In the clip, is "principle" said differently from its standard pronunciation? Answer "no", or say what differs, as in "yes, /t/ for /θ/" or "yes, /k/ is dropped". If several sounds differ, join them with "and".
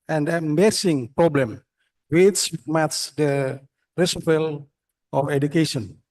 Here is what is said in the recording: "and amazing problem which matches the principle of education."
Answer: yes, /n/ is dropped